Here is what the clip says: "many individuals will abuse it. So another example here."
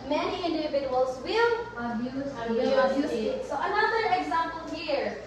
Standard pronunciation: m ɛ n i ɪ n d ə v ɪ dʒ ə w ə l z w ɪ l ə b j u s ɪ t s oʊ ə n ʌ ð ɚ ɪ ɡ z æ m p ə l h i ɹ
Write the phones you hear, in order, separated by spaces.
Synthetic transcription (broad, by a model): m ɛ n i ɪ n d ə v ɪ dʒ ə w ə l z w ɪ l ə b j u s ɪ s s oʊ ə n ʌ ð ɚ ɪ ɡ z æ m p ə l h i ɹ